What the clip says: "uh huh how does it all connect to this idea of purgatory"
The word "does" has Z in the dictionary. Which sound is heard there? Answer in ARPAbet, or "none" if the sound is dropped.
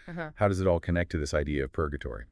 Z